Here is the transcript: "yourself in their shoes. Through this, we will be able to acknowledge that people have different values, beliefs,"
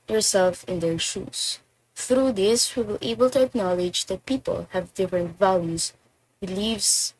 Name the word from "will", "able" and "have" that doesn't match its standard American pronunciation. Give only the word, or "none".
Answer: none